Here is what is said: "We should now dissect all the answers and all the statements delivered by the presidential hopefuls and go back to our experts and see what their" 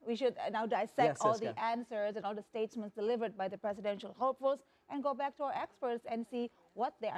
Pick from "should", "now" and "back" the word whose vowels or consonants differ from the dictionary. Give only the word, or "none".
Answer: none